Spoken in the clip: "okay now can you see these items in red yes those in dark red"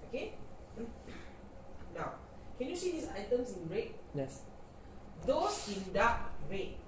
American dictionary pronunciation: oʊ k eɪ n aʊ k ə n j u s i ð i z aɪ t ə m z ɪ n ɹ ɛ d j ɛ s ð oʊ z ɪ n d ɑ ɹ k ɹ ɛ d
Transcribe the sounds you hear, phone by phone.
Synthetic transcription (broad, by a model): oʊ k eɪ n aʊ k ə n j u s i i s aɪ t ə m s ɪ n ɹ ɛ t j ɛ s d oʊ s ɪ n d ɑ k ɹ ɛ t